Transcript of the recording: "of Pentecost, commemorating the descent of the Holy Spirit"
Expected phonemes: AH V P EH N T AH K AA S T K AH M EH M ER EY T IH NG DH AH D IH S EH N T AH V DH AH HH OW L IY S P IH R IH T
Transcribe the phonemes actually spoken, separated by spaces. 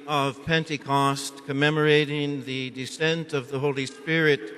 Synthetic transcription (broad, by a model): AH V P EH N T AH K AA S T K AH M EH M ER EY T IH NG DH AH D IH S EH N T AH V DH AH HH OW L IY S P IH R IH T